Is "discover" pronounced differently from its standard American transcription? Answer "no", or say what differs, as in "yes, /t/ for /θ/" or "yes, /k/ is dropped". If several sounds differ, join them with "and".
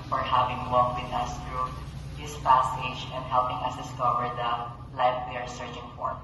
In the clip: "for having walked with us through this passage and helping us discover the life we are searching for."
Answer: no